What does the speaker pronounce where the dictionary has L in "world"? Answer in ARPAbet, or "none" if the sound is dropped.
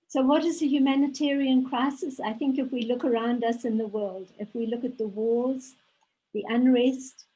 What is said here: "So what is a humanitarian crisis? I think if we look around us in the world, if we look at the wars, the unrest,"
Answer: L